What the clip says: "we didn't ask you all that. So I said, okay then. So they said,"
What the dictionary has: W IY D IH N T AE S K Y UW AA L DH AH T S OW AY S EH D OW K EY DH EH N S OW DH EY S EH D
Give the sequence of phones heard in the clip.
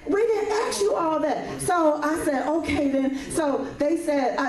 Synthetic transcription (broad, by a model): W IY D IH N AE K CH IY AA L DH AH T S OW AY S EH D OW K EY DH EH N S OW DH EY S EH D